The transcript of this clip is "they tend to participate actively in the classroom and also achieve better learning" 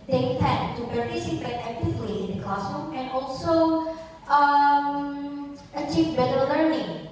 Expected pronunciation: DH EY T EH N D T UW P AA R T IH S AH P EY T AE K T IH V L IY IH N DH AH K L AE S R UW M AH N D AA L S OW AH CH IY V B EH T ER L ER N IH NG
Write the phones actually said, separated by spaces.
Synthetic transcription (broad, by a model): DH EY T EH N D T UW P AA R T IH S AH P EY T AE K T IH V L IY IH N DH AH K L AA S UW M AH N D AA L S OW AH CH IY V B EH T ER L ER N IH NG